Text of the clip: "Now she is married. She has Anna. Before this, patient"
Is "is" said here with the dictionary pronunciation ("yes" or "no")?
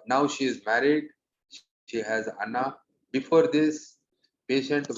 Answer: yes